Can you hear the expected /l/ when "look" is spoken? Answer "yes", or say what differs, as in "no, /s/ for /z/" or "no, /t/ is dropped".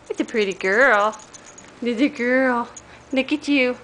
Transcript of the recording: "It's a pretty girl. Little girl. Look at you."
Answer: no, /n/ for /l/